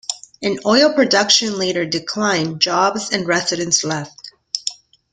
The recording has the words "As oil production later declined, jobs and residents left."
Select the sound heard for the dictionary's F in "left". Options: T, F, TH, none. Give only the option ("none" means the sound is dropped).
F